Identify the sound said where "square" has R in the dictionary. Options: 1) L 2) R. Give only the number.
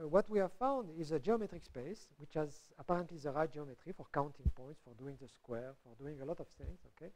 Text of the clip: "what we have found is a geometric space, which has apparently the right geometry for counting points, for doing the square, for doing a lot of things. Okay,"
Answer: 2